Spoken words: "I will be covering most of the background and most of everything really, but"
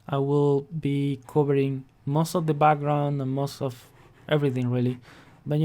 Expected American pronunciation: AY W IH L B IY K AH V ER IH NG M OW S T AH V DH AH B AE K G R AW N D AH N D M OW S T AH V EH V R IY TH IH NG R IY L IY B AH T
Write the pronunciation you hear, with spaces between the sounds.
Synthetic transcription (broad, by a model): AY W IH L B IY K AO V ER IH NG M OW S T AH V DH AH B AE K G R AW N D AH N M OW S T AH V EH V R IY TH IH NG R IY L IY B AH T